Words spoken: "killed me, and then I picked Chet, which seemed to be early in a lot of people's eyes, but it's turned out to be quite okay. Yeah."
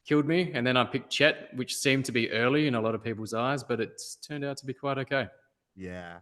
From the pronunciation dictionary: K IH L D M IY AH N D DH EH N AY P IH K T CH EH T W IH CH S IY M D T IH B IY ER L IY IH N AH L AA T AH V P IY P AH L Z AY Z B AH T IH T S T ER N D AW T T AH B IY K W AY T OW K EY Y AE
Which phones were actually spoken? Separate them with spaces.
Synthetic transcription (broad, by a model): K IH L D M IY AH N DH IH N AY P IH K CH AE T W IH CH S IY M T IH B IY ER L IY IH N AH L AA T AH V P IY P L Z AY Z B AH T IH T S T ER N D AW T T AH B IY K W AY T OW K EY Y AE